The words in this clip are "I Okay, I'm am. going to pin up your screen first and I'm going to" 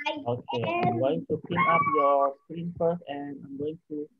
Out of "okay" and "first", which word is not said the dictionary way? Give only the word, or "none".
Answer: first